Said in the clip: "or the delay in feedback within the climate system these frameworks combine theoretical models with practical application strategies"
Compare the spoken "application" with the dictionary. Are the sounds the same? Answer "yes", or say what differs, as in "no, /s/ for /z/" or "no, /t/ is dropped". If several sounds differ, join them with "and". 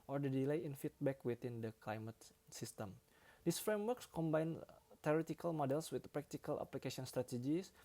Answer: no, /s/ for /ʃ/